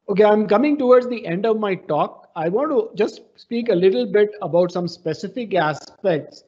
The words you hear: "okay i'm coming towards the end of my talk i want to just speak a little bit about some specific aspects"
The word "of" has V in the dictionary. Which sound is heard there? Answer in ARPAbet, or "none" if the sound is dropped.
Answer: V